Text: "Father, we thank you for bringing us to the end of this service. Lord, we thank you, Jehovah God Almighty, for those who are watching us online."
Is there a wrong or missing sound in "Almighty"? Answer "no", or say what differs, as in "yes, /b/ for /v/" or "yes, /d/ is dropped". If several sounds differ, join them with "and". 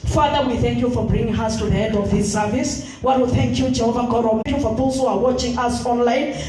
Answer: yes, /l/ is dropped